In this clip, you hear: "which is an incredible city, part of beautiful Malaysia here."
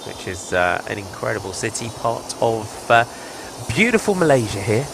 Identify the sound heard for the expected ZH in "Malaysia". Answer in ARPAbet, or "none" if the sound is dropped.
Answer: ZH